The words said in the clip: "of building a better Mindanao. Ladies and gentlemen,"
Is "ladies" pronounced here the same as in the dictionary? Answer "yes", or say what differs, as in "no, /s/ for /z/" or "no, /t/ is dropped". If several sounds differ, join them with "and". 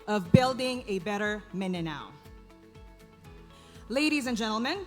yes